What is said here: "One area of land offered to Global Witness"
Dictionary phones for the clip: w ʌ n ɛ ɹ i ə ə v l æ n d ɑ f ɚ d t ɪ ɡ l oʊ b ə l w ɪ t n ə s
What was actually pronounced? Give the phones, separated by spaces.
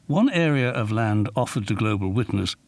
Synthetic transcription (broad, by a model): w ʌ n ɛ ɹ i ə ə v l æ n d ɑ f ɚ d t ɪ ɡ l oʊ b ə l w ɪ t n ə s